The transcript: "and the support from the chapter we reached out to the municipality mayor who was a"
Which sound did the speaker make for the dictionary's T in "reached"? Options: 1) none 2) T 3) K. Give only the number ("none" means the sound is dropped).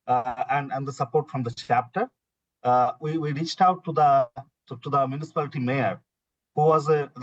2